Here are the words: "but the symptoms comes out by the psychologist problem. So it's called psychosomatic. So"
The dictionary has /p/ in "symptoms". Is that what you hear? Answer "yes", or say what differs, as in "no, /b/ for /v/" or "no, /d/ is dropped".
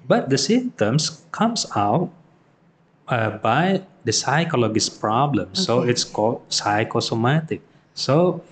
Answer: no, /p/ is dropped